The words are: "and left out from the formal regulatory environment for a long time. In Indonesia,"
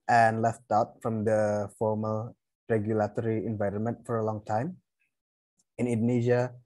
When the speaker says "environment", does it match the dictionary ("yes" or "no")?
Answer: yes